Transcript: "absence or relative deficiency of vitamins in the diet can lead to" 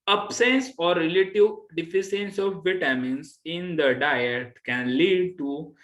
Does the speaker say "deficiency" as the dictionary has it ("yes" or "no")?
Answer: no